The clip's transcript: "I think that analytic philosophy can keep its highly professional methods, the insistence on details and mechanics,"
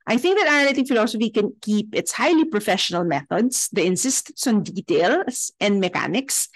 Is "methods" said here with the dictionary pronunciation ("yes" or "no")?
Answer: no